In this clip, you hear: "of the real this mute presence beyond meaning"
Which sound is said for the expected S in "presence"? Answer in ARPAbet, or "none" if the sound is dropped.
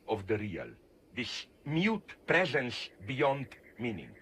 S